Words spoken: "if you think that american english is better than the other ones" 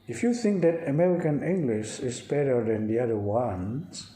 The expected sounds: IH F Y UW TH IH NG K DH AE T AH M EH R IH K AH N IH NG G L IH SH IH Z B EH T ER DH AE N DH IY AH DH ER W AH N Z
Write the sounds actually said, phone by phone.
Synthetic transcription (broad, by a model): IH F Y UW TH IH NG K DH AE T AH M EH R IH K AH N IH NG G L IH SH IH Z B EH T ER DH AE N DH IY AH DH ER W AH N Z